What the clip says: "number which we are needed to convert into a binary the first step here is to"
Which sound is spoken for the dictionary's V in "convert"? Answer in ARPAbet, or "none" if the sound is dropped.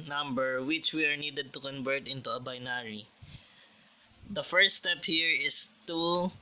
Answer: V